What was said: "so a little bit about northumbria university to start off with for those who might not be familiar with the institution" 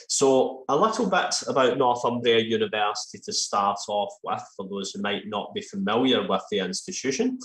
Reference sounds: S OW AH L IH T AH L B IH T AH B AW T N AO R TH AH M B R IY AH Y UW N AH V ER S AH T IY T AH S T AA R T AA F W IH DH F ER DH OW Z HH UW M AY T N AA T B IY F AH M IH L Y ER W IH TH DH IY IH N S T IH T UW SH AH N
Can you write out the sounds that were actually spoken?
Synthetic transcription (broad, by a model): S OW AH L IH T AH L B IH T AH B AW T N AO R TH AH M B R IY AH Y UW N AH V ER S AH T IY T AH S T AA R T AA F W IH DH F ER DH OW Z HH UW M AY T N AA T B IY F AH M IH L Y ER W IH DH IY IH N S T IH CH UW SH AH N